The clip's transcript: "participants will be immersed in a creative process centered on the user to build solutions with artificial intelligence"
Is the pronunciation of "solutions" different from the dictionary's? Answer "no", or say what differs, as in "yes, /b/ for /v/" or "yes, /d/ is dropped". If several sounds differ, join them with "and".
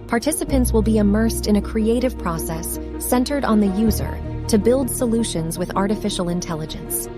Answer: no